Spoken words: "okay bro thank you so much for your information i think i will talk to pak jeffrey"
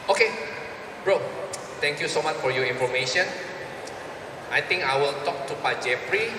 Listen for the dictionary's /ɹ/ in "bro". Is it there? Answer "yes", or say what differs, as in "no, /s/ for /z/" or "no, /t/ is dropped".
yes